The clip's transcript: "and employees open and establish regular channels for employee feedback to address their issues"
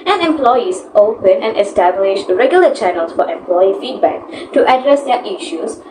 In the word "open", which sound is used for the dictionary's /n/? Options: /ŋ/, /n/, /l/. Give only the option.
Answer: /n/